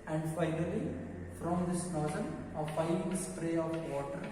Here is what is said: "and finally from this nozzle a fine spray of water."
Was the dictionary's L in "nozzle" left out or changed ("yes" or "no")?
yes